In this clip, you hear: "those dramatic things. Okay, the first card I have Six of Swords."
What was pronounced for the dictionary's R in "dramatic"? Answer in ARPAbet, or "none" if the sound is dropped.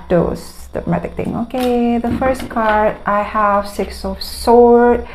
none